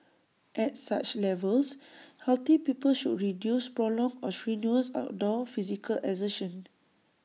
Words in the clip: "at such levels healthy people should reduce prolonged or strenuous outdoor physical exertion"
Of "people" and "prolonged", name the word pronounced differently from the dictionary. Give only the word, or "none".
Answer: prolonged